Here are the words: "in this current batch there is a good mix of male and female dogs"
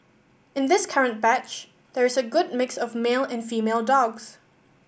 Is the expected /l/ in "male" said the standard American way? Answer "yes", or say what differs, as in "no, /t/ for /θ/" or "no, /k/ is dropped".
yes